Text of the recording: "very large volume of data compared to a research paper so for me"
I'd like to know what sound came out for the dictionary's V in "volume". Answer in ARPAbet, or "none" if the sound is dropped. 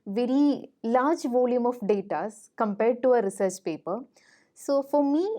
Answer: V